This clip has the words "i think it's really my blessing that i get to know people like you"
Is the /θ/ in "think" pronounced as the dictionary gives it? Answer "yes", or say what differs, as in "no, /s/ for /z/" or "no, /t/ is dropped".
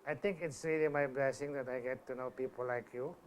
no, /t/ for /θ/